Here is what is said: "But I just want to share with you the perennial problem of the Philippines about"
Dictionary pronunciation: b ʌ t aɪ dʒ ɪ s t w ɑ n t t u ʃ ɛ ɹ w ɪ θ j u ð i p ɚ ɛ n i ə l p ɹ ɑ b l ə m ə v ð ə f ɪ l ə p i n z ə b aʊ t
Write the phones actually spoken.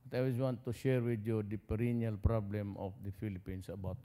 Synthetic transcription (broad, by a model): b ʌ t aɪ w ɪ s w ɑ n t t u ʃ ɛ ɹ w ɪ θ j u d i p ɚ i n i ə l p ɹ ɑ b l ə m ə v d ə f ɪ l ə p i n s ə b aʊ t